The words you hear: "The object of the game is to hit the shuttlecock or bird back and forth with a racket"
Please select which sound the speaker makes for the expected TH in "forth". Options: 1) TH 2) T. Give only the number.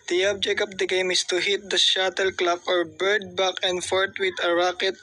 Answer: 2